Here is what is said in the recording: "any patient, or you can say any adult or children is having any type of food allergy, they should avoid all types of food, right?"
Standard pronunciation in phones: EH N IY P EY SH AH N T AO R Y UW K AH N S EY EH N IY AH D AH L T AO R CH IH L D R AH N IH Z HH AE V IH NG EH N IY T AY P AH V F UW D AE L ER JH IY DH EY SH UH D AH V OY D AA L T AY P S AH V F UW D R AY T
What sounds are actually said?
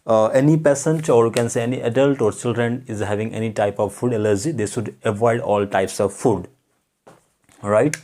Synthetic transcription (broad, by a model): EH N IY P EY S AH N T AO R Y UW K AH N S EY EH N IY AH D AH L T AO R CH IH L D R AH N IH Z HH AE V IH NG EH N IY T AY P AH V F UW D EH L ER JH IY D EY SH UH D AH V OY D AA L T AY P S AH V F UW D R AY T